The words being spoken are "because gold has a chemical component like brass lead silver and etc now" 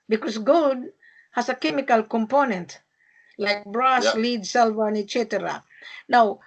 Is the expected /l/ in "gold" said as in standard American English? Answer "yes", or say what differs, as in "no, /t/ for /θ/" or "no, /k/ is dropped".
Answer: no, /l/ is dropped